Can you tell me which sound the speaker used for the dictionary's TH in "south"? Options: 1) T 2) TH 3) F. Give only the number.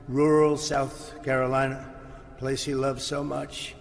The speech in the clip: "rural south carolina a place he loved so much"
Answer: 2